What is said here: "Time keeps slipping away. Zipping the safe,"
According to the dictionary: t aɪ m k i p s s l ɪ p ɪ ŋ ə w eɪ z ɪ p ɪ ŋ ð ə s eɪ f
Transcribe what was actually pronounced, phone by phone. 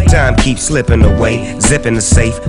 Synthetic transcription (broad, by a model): t aɪ m k i p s s l ɪ p ɪ ŋ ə w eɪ z ɪ p ɪ ŋ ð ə s eɪ f